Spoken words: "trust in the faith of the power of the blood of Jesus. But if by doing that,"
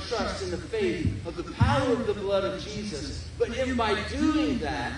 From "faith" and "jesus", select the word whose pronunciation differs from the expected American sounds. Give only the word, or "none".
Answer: none